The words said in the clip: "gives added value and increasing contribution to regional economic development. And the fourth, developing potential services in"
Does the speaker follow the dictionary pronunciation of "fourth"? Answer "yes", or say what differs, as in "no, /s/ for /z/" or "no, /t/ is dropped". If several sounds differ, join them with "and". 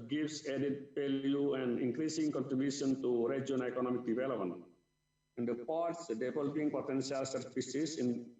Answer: no, /p/ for /f/ and /s/ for /θ/